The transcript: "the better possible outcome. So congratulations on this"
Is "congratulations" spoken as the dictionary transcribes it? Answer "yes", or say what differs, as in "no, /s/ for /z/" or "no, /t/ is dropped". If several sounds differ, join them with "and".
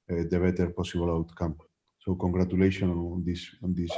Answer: no, /s/ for /z/